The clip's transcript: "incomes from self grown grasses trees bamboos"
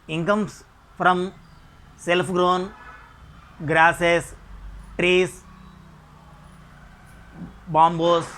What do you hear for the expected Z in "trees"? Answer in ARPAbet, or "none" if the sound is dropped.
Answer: S